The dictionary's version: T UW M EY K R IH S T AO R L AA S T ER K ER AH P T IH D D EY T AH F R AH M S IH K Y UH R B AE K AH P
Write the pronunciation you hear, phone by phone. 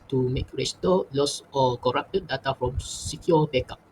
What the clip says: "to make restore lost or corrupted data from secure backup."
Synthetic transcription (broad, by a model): T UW M EY K R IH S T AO L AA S AO K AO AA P T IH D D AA T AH F R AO M S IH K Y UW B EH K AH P